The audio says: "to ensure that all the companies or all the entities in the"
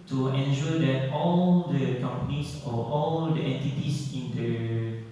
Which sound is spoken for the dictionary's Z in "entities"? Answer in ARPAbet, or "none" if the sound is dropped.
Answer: S